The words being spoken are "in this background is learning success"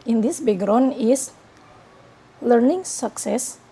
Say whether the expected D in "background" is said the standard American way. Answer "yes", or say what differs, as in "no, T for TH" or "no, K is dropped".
no, D is dropped